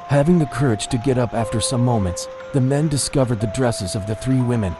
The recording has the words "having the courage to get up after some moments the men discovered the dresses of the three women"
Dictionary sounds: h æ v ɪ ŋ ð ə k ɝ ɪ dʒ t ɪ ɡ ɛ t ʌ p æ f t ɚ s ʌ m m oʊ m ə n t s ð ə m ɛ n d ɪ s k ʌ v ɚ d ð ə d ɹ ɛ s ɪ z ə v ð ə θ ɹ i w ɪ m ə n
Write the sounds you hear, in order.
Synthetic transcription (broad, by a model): h æ v ɪ ŋ ð ə k ɝ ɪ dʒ t ɪ ɡ ɛ t ʌ p æ f t ɚ s ʌ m m oʊ m ə n t s ð ə m ɛ n d ɪ s k ʌ v ɚ d ð ə d ɹ ɛ s ɪ z ə v ð ə θ ɹ i w ɪ m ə n